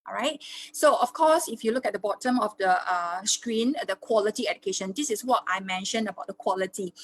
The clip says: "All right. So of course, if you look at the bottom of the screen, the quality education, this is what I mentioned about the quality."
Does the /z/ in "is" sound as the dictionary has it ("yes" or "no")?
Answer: no